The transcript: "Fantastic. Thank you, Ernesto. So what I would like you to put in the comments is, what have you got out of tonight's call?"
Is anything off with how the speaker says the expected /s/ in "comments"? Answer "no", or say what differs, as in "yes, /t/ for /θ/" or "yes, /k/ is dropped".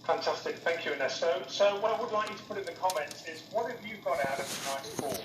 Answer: yes, /s/ is dropped